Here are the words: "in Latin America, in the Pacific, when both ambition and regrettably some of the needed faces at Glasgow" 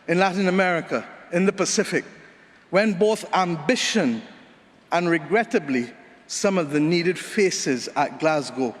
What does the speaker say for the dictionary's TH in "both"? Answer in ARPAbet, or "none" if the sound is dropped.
TH